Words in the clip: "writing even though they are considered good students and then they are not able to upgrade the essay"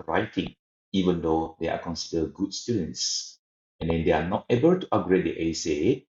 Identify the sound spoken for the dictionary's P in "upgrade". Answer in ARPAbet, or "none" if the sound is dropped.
none